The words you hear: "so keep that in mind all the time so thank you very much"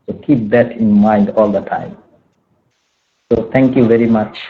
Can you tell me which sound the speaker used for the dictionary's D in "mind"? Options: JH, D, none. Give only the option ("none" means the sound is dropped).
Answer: D